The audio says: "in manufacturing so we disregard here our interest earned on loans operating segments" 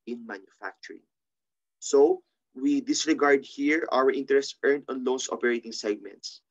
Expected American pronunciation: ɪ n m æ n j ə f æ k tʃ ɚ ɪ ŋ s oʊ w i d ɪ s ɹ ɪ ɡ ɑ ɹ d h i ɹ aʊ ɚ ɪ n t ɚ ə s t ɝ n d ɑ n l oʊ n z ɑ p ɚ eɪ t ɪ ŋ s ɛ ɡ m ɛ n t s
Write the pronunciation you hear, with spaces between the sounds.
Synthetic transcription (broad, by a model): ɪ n m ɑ n j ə f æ k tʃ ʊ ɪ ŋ s oʊ w i d ɪ s ɹ ɪ ɡ ɑ ɹ d h i ɹ aʊ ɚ ɪ n t ɚ ə s t ɝ n d ɑ n l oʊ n s ɑ p ɚ eɪ t ɪ ŋ s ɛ ɡ m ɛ n t s